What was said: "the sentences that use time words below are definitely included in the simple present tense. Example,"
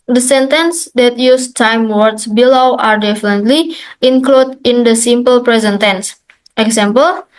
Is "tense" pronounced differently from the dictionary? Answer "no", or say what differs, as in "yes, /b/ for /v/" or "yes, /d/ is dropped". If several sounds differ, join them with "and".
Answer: no